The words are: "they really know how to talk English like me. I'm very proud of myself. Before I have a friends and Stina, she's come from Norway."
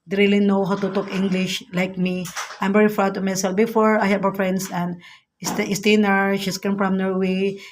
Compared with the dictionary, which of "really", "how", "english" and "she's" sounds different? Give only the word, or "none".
she's